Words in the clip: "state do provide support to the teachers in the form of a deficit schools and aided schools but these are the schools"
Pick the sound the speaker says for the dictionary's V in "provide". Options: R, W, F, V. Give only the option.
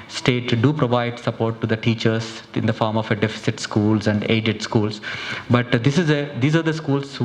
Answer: V